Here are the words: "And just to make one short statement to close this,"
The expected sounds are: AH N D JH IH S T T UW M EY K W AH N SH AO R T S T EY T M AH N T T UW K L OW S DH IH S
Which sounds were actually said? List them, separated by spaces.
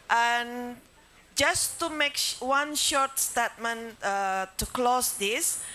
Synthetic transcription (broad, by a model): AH N JH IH S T T UW M EY K W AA N SH AO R T S T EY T M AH N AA T UW K L OW S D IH S